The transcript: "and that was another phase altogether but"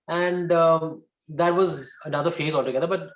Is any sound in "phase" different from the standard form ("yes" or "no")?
no